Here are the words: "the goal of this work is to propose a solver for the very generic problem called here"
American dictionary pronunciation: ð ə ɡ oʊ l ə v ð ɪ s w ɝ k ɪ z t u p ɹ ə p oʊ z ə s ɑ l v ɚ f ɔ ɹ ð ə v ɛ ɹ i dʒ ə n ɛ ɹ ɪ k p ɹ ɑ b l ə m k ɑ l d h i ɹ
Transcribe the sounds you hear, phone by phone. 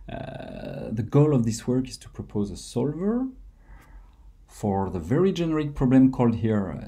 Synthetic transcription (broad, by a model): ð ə ɡ oʊ l ə v ð ɪ s w ɝ k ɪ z t u p ɹ ə p oʊ z ə s ɑ l v ɚ f ɔ ɹ ð ə v ɛ ɹ i dʒ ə n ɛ ɹ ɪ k p ɹ ɑ b l ə m k ɑ l d h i ɹ